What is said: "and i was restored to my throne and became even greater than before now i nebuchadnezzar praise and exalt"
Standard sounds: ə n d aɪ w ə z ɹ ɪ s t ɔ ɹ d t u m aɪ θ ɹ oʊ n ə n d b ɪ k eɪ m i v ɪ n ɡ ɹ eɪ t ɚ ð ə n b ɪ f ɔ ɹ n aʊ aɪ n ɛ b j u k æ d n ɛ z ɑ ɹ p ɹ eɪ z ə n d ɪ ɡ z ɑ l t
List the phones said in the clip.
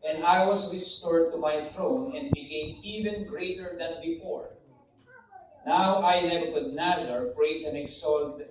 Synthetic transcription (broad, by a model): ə n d aɪ w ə s ɹ ɪ s t ɔ ɹ d t u m aɪ θ ɹ oʊ n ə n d b ɪ k eɪ m i v ɪ n ɡ ɹ eɪ t ɚ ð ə n b ɪ f ɔ ɹ n aʊ aɪ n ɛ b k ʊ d n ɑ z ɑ ɹ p ɹ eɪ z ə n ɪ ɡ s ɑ l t